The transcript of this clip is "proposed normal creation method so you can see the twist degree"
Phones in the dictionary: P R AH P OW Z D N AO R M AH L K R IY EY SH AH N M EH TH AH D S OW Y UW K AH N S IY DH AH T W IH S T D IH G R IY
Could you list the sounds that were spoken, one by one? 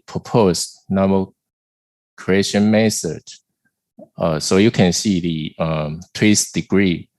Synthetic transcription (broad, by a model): P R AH P OW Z N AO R M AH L K R IY EY SH AH N M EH S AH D S OW Y UW K AH N S IY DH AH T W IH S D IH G R IY